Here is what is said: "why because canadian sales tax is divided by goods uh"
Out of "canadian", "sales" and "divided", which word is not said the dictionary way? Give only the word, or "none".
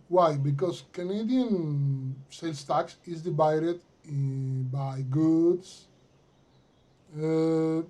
sales